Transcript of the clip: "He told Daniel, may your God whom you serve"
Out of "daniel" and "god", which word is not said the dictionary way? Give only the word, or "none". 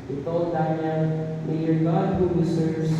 daniel